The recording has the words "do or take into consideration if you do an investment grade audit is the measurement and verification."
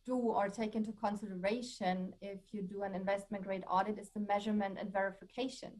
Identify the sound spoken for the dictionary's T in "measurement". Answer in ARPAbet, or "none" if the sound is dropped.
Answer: T